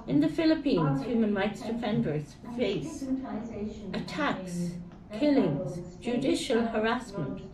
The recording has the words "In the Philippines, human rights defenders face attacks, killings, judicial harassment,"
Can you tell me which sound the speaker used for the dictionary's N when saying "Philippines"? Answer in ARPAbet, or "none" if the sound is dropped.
N